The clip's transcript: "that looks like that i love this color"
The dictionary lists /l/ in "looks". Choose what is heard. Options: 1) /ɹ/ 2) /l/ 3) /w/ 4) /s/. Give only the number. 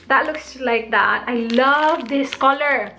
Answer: 2